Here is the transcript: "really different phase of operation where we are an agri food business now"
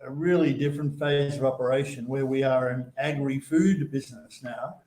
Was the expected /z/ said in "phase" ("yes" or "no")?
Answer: yes